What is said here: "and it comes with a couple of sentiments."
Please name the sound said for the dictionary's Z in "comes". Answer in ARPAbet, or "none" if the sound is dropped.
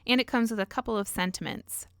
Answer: Z